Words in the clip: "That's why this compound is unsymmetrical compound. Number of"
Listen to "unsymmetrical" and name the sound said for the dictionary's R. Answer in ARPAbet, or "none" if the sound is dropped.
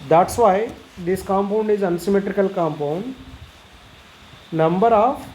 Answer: R